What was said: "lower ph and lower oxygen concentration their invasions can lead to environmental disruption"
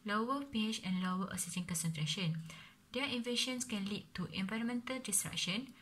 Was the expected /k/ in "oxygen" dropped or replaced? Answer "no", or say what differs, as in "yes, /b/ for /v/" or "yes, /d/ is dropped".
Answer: yes, /k/ is dropped